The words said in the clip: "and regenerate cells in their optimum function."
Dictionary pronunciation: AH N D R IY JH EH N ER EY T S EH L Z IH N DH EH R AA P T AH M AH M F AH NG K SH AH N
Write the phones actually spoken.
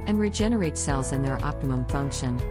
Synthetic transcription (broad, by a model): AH N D R IY JH EH N ER EY T S EH L Z IH N DH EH R AA P T AH M AH M F AH NG K SH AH N